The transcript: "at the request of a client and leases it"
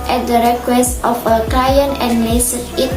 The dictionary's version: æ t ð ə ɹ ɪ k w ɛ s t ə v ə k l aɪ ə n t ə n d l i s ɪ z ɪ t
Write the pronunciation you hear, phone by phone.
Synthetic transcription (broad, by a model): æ t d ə ɹ ɪ k w ɛ s t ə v ə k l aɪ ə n ə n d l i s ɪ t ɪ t